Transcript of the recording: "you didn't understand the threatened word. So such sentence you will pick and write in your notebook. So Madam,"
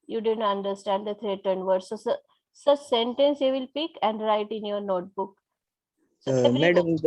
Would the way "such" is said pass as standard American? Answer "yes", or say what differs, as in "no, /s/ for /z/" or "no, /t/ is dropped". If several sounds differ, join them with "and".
no, /s/ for /tʃ/